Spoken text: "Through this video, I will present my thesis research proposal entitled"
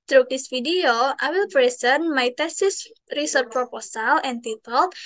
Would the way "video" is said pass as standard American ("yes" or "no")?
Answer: no